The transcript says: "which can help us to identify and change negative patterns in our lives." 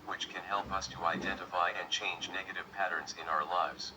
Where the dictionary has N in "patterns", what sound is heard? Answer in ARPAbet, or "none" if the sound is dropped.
N